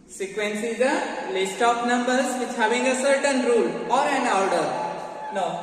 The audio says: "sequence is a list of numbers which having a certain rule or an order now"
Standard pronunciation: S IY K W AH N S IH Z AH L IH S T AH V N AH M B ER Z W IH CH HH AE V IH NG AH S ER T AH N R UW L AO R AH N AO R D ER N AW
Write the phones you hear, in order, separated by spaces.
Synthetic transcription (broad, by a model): S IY K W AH N S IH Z AH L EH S T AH P N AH M B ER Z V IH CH HH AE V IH NG AH S ER T AH N R UW L AO R AH N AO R D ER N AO